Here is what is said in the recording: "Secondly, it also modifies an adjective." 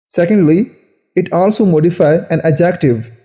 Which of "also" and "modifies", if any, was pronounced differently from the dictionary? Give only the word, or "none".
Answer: modifies